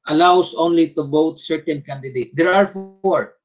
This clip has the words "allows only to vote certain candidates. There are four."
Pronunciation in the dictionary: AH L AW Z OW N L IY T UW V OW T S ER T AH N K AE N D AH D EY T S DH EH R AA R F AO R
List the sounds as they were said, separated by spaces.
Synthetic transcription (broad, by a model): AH L AW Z OW N L IY T UW B OW T S ER T AH N K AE N D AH D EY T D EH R AA R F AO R